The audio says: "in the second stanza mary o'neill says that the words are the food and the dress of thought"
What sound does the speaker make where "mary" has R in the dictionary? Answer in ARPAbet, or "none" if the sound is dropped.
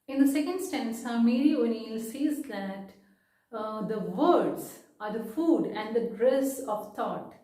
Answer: L